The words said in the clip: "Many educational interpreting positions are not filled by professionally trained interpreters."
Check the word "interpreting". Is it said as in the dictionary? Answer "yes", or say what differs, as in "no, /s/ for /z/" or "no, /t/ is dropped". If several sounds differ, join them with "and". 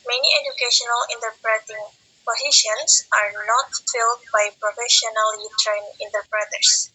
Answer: yes